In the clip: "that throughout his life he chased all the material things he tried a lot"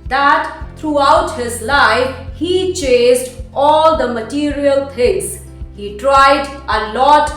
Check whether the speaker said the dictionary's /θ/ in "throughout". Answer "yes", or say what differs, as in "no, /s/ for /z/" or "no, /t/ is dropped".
no, /t/ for /θ/